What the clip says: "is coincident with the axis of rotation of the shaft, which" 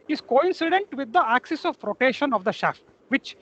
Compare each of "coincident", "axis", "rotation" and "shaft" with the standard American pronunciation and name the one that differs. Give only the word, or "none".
none